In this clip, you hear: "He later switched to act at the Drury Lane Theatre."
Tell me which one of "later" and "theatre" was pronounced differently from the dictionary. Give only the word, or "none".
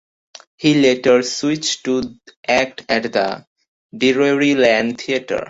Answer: theatre